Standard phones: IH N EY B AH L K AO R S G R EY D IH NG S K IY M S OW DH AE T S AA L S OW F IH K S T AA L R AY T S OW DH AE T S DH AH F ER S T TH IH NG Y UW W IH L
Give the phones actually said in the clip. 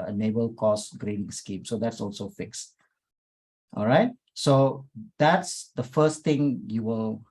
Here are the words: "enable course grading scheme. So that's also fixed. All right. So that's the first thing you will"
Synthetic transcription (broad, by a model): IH N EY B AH L K AO S G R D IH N S K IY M S OW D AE T S AA L S OW F IH K S T AA L R AY T S OW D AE T S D AH F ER S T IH NG Y UW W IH L